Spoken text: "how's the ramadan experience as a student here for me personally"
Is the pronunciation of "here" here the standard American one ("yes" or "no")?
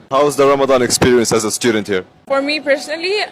yes